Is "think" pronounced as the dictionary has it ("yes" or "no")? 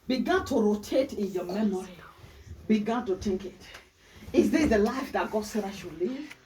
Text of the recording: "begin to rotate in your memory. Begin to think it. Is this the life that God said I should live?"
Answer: no